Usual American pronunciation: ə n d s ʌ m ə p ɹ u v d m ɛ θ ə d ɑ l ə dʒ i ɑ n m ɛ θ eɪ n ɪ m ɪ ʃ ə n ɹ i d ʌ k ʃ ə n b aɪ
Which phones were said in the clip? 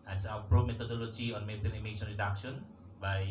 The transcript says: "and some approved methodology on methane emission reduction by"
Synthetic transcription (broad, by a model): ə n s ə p ɹ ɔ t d m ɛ t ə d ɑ l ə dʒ i ɑ n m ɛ t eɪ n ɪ m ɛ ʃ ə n ɹ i d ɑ k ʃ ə n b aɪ